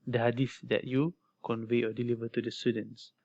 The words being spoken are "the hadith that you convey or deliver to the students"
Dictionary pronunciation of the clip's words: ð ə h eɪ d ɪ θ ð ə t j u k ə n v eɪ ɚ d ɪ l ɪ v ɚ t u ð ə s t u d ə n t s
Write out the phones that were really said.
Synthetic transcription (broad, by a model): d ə h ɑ d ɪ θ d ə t j u k ə n v eɪ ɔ d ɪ l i v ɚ t u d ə s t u d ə n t s